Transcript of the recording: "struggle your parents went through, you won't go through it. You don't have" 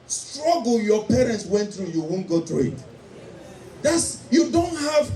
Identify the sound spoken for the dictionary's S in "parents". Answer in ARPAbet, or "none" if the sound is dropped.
S